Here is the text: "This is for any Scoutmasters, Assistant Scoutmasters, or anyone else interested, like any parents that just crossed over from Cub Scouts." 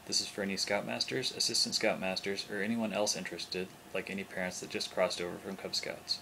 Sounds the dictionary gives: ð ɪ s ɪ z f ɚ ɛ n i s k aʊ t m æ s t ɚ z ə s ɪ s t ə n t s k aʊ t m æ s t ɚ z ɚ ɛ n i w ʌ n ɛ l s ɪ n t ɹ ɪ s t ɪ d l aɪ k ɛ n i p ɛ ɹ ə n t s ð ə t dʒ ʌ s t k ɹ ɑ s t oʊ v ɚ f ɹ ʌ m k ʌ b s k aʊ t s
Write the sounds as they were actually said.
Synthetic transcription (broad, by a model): ð ɪ s ɪ z f ɚ ɛ n i s k aʊ t m æ s t ɚ z ə s ɪ s t ə n t s k aʊ t m æ s t ɚ z ɚ ɛ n i w ʌ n ɛ l s ɪ n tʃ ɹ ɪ s t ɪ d l aɪ k ɛ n i p ɛ ɹ ə n t s ð ə t ʒ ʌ s k ɹ ɑ s t oʊ v ɚ f ɹ ʌ m k ʌ b s k aʊ t s